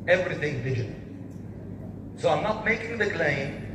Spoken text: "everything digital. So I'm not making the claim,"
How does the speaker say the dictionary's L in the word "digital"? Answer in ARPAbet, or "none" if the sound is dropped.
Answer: N